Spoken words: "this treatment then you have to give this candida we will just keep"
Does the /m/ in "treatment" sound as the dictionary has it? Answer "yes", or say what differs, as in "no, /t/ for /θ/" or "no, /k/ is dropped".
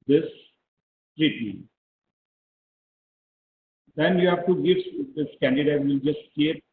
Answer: no, /m/ is dropped